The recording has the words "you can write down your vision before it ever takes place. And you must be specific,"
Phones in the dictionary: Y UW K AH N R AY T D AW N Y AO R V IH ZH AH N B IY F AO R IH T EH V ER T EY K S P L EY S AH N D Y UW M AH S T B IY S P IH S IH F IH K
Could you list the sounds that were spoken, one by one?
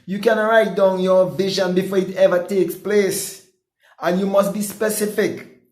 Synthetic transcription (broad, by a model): Y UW K AH N R AY T D AW N Y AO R V IH ZH AH N B IY F AO R IH T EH V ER T EY K S P L EY S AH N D Y UW M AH S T B IY S P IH S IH F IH K